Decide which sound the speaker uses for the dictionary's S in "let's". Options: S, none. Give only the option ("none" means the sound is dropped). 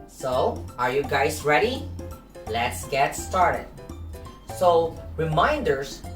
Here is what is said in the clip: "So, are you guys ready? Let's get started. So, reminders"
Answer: S